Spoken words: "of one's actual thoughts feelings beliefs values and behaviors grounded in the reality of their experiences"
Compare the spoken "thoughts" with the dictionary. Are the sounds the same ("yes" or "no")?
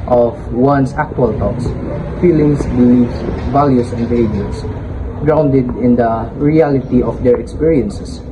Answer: no